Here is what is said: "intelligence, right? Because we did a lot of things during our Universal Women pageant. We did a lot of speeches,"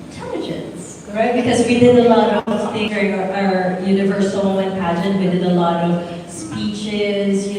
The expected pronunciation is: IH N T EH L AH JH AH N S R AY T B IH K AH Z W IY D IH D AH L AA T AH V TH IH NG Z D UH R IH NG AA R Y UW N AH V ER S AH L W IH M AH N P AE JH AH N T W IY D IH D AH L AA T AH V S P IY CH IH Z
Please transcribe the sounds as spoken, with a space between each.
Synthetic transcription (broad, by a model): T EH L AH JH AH N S R AY T B IH K AH Z W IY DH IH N AH L AA T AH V F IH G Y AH R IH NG AA R Y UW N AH V ER S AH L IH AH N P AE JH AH N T W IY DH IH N AH L AA T AH V S P IY CH IH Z